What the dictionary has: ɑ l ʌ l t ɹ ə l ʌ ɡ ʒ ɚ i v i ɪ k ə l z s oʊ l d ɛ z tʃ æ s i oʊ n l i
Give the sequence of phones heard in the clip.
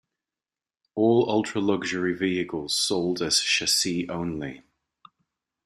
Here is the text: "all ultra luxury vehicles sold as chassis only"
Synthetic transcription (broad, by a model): ɑ l ʌ l t ɹ ə l ʌ ɡ ʒ ɚ i v i ɪ k ə l z s oʊ l d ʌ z ʃ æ s i oʊ n l i